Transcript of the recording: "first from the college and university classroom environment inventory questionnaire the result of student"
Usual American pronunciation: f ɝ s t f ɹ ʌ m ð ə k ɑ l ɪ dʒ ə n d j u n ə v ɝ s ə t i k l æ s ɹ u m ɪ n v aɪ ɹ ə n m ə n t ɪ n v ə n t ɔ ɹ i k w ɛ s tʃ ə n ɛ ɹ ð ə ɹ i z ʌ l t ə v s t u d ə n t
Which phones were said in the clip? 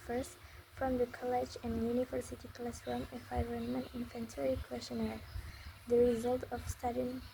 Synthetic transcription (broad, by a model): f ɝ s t f ɹ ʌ m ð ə k ɑ l ɪ dʒ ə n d j u n ə v ɝ s ə t i k l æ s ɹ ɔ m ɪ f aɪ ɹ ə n m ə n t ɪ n f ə n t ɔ ɹ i k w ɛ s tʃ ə n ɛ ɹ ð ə ɹ i z ʌ l t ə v s t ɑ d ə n